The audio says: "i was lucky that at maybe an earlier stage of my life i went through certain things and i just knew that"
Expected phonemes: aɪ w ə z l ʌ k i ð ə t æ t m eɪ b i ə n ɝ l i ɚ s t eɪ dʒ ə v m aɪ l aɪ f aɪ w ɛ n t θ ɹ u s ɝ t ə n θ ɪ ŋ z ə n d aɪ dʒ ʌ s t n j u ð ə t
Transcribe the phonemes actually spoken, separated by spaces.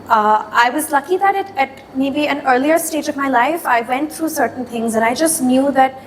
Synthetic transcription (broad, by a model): aɪ w ə z l ʌ k i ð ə t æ t m eɪ b i ə n ɝ l i ɚ s t eɪ dʒ ə v m aɪ l aɪ f aɪ w ɛ n t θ ɹ u s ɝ t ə n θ ɪ ŋ z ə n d aɪ dʒ ʌ s t n j u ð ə t